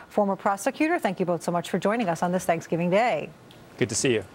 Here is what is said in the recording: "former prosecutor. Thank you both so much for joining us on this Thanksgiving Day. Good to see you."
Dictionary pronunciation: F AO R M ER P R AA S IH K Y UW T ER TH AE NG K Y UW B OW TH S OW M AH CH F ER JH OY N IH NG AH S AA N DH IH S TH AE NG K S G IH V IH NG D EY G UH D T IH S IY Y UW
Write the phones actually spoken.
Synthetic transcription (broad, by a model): F AO R M ER P R AA S IH K Y UW T ER TH AE NG K Y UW B OW TH S OW M AH CH F ER JH OY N IH NG AH S N DH IH S TH AE NG K S G IH V IH NG D EY G UH D T IH S IY Y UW